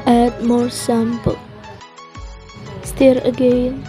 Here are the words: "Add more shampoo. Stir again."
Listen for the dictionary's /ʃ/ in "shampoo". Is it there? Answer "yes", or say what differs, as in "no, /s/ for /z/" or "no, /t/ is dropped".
no, /s/ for /ʃ/